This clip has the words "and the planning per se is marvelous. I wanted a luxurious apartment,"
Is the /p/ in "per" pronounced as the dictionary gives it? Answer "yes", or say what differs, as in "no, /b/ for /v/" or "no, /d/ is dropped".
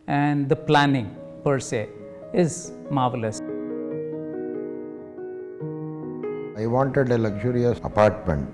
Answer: yes